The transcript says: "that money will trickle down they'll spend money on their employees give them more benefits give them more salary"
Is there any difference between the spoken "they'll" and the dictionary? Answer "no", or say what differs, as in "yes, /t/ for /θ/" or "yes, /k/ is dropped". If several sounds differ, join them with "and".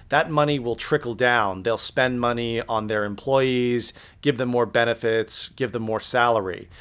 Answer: no